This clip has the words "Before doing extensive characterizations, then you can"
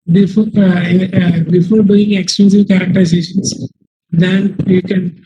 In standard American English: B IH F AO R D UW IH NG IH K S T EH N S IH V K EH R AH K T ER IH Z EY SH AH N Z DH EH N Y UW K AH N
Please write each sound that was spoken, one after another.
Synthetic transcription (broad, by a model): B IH F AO R D UW IH NG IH K S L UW S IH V K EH R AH K T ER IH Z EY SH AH N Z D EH N Y UW K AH N